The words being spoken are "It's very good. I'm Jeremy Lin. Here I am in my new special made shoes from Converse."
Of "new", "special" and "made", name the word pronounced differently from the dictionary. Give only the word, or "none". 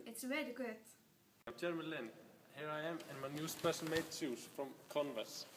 special